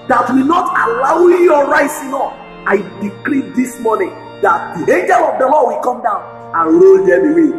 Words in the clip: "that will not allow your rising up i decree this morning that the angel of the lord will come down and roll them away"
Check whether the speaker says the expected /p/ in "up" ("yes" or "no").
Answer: no